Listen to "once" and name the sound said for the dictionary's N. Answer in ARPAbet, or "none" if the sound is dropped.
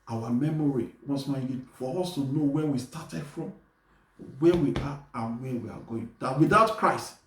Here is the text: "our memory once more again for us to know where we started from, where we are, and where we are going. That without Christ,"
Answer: none